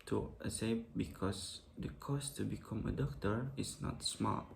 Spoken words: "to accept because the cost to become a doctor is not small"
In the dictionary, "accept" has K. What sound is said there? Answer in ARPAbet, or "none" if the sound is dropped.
none